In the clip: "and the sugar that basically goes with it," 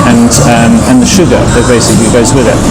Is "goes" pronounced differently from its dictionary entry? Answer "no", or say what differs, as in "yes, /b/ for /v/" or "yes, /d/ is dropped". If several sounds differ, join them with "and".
no